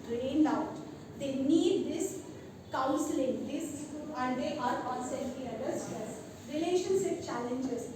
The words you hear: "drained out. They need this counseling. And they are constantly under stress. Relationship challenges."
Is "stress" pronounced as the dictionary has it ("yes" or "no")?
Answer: no